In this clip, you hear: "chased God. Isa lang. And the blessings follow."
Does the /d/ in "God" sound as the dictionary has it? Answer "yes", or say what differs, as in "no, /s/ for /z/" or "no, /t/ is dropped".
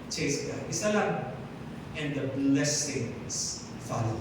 no, /d/ is dropped